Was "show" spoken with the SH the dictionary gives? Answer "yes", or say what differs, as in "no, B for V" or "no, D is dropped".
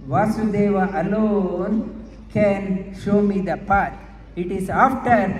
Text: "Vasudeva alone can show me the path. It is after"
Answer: yes